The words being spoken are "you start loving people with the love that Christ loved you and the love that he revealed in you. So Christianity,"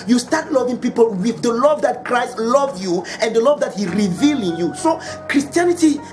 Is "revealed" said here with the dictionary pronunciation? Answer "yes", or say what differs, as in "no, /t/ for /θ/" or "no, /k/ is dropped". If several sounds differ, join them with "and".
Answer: no, /d/ is dropped